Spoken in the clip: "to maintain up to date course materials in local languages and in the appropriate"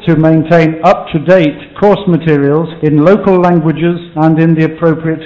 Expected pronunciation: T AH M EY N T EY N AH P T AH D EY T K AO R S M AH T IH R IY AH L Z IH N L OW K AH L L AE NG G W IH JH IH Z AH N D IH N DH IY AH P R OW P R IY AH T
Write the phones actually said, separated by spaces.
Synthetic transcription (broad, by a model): T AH M EY N T EY N AH P T AH D EY T K AO R S M AH T IH R IY AH L Z IH N L OW K AH L L AE NG G W IH JH IH Z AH N IH N DH IY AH P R OW P R IY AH T